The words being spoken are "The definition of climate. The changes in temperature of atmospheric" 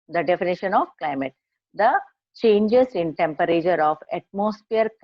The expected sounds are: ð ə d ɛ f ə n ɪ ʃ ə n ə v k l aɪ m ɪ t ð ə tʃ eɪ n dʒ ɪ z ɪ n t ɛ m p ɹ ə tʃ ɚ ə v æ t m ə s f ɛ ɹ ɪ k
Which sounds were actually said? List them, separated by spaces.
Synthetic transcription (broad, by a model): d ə d ɛ f ə n ɪ ʃ ə n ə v k l aɪ m ɪ t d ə tʃ eɪ n dʒ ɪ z ɪ n t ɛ m p ɹ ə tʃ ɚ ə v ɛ t m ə s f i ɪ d